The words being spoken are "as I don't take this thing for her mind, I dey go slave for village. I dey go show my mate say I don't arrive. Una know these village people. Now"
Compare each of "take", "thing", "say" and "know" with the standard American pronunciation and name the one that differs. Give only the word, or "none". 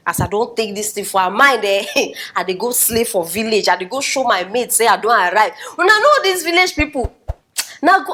thing